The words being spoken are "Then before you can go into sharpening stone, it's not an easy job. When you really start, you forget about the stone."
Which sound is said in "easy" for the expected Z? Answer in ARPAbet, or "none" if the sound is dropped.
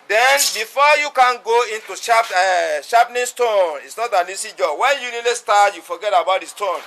S